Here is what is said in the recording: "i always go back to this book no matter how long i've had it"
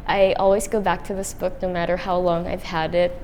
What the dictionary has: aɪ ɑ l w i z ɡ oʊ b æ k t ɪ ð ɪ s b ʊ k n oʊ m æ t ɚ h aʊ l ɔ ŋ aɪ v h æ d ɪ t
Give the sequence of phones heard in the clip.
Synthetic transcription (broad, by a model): aɪ ɑ l w i z ɡ oʊ b æ k t ɪ ð ɪ s b ʊ k n oʊ m æ t ɚ h aʊ l ɔ ŋ aɪ v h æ d ɪ t